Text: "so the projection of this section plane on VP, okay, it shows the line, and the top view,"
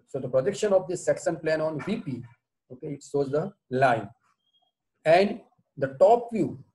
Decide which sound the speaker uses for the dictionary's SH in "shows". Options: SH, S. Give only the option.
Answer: S